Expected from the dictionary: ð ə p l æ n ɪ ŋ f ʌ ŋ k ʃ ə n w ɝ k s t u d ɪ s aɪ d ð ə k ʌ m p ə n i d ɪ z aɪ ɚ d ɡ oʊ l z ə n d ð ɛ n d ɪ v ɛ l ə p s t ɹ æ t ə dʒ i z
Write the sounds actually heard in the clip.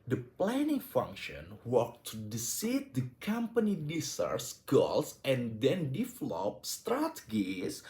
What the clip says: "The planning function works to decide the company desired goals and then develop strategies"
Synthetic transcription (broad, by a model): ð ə p l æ n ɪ ŋ f ʌ ŋ k ʃ ə n w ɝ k t u d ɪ s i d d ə k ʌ m p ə n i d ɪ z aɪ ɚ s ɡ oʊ l s ə n d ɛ n d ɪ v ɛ l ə p s t ɹ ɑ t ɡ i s